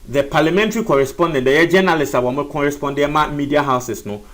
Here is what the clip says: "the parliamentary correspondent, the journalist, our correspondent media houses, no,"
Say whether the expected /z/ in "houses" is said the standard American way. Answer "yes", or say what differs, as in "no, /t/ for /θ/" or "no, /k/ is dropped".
no, /s/ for /z/